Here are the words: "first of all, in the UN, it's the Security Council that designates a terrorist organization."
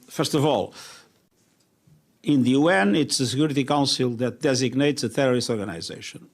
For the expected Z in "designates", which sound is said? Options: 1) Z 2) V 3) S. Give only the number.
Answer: 1